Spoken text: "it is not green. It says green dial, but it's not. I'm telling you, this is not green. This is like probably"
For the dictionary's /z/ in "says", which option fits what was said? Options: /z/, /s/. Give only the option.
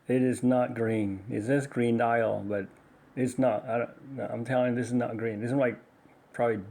/s/